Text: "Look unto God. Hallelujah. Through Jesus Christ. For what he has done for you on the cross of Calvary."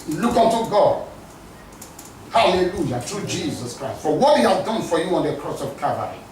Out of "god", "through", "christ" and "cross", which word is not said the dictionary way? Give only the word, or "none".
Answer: through